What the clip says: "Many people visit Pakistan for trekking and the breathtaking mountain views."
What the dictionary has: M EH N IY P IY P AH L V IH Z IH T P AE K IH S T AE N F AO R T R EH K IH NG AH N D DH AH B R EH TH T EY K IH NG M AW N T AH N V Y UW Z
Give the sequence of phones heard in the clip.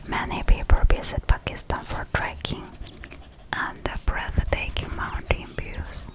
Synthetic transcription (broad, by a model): M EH N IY P IY P AH L B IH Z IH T P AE K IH S T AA N F AO R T R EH K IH NG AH N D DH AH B R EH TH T EY K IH NG M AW N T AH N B Y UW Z